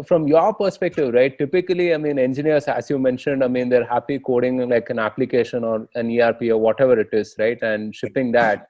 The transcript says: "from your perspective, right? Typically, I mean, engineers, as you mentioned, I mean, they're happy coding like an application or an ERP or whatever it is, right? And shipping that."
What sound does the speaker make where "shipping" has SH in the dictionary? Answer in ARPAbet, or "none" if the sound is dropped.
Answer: SH